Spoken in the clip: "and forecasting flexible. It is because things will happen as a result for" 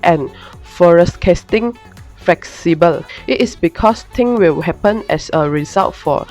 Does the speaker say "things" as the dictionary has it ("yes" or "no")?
no